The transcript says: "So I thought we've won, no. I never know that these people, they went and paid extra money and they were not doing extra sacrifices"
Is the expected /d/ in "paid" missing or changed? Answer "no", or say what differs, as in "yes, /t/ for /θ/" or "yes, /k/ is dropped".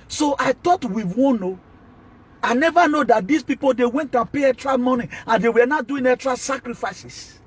yes, /d/ is dropped